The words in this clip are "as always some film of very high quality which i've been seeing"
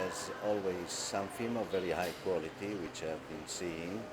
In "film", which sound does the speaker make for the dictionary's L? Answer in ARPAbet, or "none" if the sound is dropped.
none